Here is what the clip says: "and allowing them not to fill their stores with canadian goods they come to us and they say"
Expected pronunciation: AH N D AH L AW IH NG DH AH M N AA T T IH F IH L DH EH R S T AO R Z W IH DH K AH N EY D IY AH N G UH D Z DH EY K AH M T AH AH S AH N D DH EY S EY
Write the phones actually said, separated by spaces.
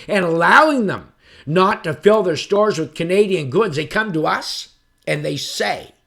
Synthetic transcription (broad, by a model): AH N AH L AW IH NG DH AH M N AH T T IH F IH L DH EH R S T AO R Z W IH DH K AH N EY D IY AH N G UH D Z DH EY K AH M T AH AH S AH N DH EY S EY